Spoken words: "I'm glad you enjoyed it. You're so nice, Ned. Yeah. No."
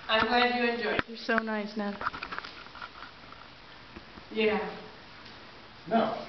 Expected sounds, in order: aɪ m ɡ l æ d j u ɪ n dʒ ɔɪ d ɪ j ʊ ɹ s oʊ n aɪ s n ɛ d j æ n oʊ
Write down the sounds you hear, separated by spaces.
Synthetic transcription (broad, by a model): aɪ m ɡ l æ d j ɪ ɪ n dʒ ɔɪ ɪ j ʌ ɹ s oʊ n aɪ s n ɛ j æ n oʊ